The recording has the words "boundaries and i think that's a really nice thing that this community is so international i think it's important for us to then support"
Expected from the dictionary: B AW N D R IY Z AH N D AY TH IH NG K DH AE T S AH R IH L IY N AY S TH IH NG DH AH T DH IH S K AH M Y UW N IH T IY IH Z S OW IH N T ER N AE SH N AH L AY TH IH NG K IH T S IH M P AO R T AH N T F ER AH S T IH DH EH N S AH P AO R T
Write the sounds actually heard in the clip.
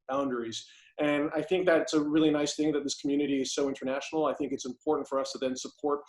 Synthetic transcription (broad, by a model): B AW N D R IY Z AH N AY TH IH NG K DH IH T S AH R IH L IY N AY S TH IH NG DH AH T DH IH S K M Y UW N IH T IY IH Z S OW IH N T ER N AE SH N L AY TH IH NG K IH T S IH M P AO R T N T F ER AH S T IH DH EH N S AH P AO R T